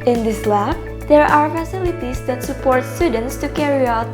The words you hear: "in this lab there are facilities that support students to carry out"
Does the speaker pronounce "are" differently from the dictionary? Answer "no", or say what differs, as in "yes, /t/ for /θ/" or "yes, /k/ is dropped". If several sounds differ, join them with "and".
no